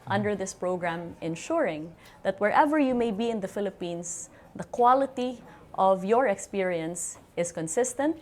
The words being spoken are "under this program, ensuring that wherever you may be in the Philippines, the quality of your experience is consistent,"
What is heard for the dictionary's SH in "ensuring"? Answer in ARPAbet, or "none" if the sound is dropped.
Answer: SH